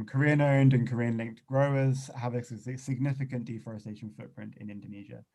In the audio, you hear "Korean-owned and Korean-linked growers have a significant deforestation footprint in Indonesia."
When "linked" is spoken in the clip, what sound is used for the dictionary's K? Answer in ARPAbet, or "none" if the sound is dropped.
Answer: K